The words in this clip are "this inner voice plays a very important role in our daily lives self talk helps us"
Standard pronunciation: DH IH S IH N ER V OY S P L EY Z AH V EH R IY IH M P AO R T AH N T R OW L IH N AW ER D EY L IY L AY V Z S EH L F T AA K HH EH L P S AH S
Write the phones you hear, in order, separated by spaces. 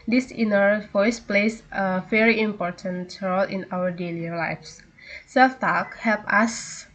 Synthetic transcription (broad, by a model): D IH S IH N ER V OY S P L EY S AH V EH R IY IH M P AO R T AH N T R OW L IH N AW ER D EY L IY L AY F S S EH L F T AA K HH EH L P AH S